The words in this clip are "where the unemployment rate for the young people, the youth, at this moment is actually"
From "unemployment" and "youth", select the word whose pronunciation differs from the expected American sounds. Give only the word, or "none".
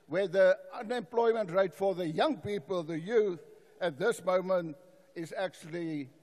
none